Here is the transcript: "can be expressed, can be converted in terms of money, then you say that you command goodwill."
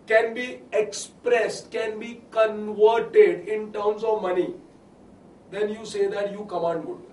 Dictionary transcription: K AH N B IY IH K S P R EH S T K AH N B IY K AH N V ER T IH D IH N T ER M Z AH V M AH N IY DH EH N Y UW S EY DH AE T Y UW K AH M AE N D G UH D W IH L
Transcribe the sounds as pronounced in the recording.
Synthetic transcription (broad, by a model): K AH N B IY IH K S P R EH S T K AH N B IY K AH N V ER T IH D IH N T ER M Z AH V M AH N IY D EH N Y UW S EY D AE T Y UW K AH M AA N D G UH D